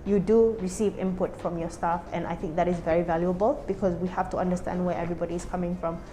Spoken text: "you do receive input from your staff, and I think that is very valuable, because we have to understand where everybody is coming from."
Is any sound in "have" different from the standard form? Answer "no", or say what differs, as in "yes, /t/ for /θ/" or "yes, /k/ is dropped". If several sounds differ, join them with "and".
yes, /f/ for /v/